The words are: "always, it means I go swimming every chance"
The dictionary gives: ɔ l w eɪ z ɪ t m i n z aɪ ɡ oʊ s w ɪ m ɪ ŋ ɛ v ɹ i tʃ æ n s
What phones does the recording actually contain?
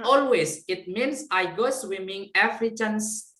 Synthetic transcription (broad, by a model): ɔ l w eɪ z ɪ t m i n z aɪ ɡ oʊ s w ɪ m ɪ ŋ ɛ f ɹ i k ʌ n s